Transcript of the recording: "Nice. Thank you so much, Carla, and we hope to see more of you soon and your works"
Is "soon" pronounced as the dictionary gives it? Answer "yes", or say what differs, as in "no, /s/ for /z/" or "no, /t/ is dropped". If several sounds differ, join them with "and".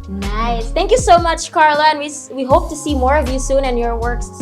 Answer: yes